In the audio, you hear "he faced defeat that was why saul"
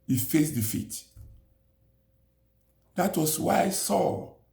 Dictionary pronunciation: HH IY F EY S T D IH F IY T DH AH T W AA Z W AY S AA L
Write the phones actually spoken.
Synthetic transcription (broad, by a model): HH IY F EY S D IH F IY T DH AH T W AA S W AY S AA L